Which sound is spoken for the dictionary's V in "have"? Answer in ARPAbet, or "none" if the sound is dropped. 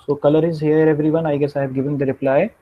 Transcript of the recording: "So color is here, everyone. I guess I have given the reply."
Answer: B